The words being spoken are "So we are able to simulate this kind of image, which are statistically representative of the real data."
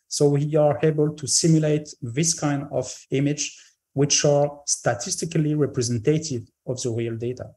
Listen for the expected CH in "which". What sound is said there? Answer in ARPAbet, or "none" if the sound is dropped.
CH